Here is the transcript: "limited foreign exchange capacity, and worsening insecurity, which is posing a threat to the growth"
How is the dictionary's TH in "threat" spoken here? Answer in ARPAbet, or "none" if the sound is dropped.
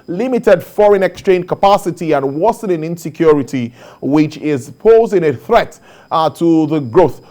TH